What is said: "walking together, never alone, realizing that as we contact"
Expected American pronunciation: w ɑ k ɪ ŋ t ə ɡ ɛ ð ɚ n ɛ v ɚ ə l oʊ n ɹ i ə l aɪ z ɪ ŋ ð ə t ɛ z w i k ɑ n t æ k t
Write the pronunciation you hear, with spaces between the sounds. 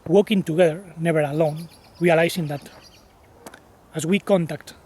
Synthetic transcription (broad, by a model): w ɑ k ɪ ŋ t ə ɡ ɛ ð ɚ n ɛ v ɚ ə l oʊ n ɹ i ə l aɪ s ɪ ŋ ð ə t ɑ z w i k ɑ n t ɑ k t